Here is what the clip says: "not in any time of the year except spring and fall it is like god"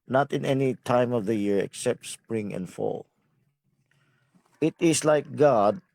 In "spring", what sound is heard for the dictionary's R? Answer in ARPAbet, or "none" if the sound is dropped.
R